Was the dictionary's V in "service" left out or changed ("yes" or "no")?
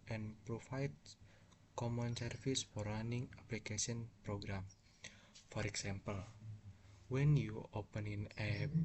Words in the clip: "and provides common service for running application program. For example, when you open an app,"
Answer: yes